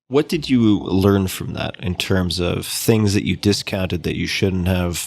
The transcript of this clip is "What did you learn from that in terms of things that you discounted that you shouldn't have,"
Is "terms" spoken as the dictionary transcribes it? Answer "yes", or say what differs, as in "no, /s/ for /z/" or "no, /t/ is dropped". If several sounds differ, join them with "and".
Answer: yes